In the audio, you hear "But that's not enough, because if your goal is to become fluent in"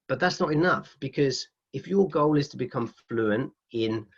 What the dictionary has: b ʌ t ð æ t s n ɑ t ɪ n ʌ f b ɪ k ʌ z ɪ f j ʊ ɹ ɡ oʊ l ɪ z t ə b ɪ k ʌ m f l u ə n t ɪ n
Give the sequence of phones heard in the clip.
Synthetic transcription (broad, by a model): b ʌ t ð æ t s n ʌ t ɪ n ʌ f b ɪ k ʌ z ɪ f j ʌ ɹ ɡ oʊ l ɪ z t ə b ɪ k ʌ m f l u ə n t ɪ n